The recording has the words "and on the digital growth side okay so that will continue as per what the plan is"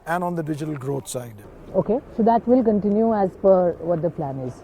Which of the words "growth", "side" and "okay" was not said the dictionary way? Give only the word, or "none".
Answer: growth